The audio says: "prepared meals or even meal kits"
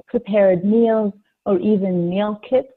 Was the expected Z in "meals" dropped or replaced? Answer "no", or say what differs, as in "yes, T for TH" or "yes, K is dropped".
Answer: no